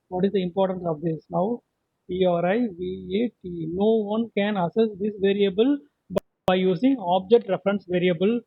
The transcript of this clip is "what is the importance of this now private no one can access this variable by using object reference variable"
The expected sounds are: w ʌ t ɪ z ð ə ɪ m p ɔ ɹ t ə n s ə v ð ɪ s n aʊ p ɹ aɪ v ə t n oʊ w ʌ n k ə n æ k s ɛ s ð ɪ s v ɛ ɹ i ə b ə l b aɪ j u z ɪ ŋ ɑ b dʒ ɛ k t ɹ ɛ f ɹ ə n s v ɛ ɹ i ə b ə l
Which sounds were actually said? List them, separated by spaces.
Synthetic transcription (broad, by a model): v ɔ t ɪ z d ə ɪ m p ɔ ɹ t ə n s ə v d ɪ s n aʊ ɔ ɹ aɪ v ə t n oʊ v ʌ n k ə n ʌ s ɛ s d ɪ s v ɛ ɹ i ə b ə l b aɪ j u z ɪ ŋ ɑ b dʒ ɛ k t ɹ ɛ f ɹ ə n s v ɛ ɹ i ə b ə l